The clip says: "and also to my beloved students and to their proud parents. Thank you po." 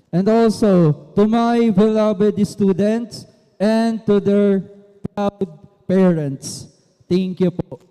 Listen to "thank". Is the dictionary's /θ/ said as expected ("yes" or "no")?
no